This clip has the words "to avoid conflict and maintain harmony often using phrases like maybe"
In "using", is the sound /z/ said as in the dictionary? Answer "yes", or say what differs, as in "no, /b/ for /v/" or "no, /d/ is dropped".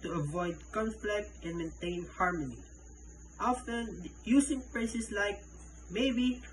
no, /s/ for /z/